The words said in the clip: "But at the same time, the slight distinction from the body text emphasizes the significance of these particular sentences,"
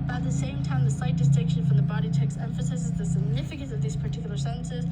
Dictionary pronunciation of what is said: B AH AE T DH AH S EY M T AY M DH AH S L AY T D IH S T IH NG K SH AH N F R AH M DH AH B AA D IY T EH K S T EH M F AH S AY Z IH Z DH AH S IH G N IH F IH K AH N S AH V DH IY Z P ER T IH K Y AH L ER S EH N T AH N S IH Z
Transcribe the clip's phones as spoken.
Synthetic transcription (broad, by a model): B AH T DH AH S EY M T AY M DH AH S AY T D IH S T IH NG K SH AH N F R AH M DH AH B AA D IY T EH K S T EH M F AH S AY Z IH Z DH AH S IH G N IH F IH K AH N S AH V DH IY Z P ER T IH K Y L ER S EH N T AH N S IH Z